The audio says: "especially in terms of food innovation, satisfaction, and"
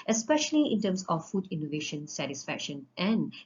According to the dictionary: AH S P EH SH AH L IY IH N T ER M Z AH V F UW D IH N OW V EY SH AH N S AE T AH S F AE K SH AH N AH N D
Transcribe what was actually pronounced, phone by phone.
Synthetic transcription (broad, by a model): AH S P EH SH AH L IY IH N T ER M S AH F UW D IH N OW V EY SH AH N S AE T AH S F AE K SH AH N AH N